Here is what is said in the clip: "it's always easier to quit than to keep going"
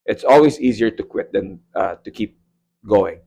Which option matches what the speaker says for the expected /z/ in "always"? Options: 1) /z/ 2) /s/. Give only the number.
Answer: 2